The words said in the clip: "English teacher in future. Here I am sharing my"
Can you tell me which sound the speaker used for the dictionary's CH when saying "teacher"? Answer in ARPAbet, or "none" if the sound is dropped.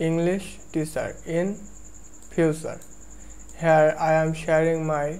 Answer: S